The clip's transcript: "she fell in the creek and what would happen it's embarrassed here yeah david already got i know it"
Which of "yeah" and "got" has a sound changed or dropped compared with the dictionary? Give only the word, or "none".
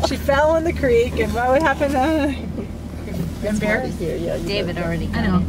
got